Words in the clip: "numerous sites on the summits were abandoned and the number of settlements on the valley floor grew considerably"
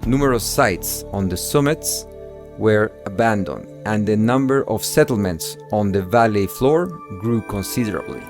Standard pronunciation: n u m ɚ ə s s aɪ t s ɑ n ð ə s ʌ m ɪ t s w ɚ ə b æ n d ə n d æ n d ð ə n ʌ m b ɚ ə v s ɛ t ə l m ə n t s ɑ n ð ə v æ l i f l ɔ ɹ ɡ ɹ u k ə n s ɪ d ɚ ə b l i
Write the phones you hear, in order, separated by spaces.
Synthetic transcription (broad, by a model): n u m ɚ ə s s aɪ t s ɑ n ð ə s ʌ m ɪ t s w ɚ ə b æ n d ə n d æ n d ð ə n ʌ m b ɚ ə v s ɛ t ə l m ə n t s ɑ n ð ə v æ l i f l ɔ ɹ ɡ ɹ u k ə n s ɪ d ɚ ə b l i